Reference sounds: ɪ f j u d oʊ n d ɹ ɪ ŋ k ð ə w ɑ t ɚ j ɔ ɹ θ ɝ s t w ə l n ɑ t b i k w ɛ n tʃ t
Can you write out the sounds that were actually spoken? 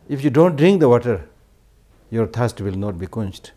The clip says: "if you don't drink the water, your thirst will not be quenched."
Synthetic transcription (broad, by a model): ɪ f j u d oʊ n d ɹ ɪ ŋ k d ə w ɑ t ɚ j ɔ ɹ t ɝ s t w ə l n ɑ t b i k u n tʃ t